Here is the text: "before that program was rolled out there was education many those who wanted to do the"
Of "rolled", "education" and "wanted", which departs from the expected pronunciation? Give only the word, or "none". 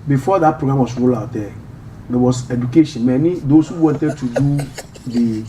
rolled